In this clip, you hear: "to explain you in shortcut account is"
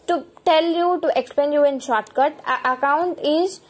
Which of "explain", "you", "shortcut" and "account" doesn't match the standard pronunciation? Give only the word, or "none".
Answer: explain